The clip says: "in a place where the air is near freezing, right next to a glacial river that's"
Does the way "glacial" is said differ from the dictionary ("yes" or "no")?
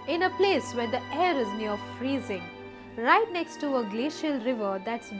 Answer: no